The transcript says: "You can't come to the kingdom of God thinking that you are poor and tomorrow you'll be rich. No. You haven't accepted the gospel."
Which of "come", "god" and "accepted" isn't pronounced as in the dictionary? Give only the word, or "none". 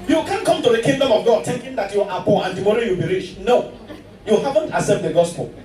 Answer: accepted